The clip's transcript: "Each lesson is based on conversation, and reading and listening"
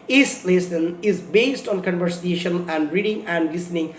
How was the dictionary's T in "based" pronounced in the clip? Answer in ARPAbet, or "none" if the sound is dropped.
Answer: T